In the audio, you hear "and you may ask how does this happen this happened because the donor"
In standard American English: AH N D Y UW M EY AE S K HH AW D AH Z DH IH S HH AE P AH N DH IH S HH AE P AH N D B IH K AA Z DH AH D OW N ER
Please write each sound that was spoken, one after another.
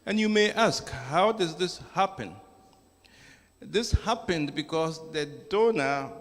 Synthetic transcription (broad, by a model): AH N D Y UW M EY AE S K HH AW D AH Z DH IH S HH AE P AH N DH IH S HH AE P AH N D B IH K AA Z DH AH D OW N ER